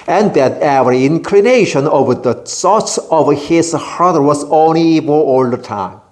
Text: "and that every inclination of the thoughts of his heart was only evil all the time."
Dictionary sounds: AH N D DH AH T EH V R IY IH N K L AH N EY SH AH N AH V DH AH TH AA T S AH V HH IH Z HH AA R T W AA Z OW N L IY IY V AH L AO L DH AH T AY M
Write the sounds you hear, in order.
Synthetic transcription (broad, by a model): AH N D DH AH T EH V R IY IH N K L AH N EY SH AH N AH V DH AH S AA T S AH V HH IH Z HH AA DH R W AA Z OW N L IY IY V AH AO L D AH T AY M